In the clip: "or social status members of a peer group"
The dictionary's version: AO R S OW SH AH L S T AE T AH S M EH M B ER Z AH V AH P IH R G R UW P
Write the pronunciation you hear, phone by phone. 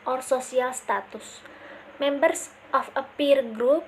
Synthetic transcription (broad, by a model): AO R S OW S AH L S T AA T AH S M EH M B ER S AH F AH P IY R G R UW P